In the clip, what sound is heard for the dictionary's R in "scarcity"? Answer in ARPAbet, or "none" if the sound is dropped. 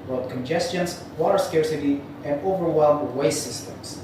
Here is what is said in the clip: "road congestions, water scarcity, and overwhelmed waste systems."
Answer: R